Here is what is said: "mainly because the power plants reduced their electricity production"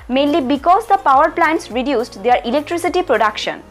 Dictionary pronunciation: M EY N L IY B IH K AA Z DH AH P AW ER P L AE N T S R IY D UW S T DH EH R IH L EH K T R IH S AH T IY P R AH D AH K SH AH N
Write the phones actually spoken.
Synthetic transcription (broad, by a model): M EY N L IY B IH K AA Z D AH P AW ER P L AE N T S R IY D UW S T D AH R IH L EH K T R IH S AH T IY P R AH D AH K SH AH N